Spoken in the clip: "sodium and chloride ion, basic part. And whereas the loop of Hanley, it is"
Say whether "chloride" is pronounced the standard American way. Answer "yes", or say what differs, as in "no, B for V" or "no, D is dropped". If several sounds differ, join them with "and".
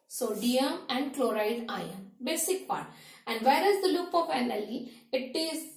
yes